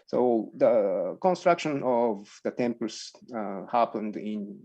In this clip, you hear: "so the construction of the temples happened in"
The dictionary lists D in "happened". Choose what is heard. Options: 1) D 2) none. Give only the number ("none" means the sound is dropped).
1